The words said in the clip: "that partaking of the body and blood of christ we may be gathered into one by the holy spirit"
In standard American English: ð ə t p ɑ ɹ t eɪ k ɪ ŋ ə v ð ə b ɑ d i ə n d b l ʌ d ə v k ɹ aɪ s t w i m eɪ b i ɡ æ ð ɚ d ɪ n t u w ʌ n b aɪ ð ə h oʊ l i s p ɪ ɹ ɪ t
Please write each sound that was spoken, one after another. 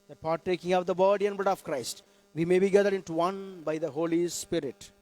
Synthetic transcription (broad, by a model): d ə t p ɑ ɹ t eɪ k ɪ ŋ ə v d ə b ɑ d i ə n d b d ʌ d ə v k ɹ aɪ s t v i m eɪ b i ɡ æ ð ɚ d ɪ n t u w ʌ n b aɪ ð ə h oʊ l i s p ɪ ɹ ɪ t